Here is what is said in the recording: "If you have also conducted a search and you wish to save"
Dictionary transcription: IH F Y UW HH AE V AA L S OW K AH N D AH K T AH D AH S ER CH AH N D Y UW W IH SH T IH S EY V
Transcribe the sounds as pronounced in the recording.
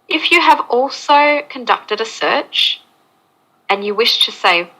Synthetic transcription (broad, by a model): IH F Y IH V AA L S OW K AH N D AH K T AH D AH S ER CH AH N Y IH W IH SH T IH S EY